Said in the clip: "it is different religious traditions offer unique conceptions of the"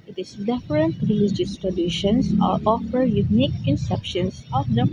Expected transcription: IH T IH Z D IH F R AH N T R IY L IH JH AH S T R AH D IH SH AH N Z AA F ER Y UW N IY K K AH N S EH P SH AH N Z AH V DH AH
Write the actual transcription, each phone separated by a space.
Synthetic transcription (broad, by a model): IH T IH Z D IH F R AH N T R IY L IH JH AH S T R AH D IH SH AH N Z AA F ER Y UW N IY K K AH N S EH P SH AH N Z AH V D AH